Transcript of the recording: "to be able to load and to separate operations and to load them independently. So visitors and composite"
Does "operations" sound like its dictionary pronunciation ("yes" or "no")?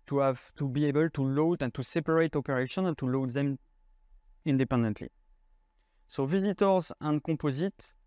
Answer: no